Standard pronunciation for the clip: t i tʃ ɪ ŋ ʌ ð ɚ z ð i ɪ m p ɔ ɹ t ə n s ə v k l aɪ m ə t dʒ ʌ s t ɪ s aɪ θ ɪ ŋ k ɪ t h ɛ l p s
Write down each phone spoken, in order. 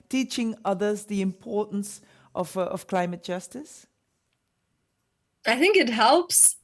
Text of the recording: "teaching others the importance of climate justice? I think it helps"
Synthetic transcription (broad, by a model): t i tʃ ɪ ŋ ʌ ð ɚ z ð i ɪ m p ɔ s t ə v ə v k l aɪ m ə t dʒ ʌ s t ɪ s aɪ θ ɪ ŋ k ɪ t h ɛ l p s